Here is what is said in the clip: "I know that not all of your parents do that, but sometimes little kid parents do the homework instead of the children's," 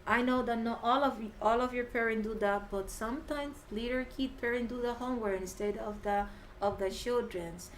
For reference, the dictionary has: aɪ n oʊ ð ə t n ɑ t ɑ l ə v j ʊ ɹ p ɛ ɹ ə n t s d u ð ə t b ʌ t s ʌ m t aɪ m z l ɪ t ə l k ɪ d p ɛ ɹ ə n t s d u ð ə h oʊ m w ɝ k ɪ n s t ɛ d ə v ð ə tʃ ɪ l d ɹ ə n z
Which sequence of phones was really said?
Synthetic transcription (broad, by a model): aɪ n oʊ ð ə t n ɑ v ɑ l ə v j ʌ ɹ p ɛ ɹ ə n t d u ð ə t b ʌ t s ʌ m t aɪ m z l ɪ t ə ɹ k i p p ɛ ɹ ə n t d u ð ə h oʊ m w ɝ ɪ n s t ɛ d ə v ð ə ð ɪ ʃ d ɹ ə n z